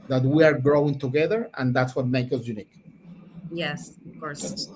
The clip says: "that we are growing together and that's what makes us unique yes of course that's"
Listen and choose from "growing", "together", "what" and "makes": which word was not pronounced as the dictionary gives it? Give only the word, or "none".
makes